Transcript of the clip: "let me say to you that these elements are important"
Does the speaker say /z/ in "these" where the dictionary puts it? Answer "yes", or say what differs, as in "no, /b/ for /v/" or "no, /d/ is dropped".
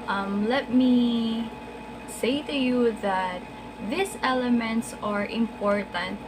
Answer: no, /s/ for /z/